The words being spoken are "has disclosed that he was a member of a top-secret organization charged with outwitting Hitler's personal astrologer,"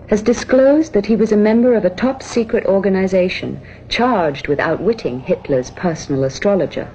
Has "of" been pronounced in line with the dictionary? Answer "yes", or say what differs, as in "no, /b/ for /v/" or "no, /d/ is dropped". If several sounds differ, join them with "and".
yes